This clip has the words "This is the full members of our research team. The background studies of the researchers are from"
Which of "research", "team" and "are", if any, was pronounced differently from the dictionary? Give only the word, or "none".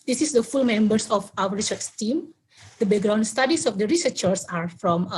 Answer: research